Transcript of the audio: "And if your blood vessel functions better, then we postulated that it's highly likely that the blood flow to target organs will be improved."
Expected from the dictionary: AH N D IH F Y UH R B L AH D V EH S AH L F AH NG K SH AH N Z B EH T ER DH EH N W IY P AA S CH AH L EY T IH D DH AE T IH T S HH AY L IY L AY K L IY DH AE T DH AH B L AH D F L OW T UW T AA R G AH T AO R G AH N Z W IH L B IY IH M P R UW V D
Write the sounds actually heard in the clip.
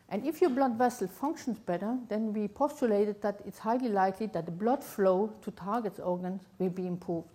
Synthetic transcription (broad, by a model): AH N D IH F Y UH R B L AH D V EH S L F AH NG K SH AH N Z B EH T ER DH EH N W IY P AA S CH AH L EY T IH D DH AE T IH T S HH AY L IY L AY K L IY DH AE T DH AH B L AH D F L OW T UW T AA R G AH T AO R G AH N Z W IH L B IY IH M P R UW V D